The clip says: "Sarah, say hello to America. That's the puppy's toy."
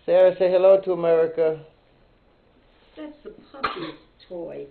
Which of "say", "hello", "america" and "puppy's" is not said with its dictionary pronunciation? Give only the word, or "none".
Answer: puppy's